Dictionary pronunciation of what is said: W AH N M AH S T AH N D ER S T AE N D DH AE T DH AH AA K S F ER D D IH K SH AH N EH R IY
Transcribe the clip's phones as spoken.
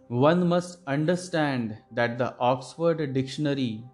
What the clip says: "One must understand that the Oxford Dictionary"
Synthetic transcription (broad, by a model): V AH N M AH S T AH N D ER S T AE N D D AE T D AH AA K S F ER D D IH K SH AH N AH R IY